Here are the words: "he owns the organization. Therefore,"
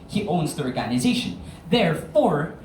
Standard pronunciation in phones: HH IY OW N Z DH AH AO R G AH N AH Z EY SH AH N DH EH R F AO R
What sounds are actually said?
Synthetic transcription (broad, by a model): HH IY OW N Z DH AH AO R G AH N AH Z EY SH AH N DH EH R F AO R